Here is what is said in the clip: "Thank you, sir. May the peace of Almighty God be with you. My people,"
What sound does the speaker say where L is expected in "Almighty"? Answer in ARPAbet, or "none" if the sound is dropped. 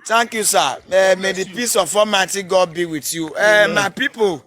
none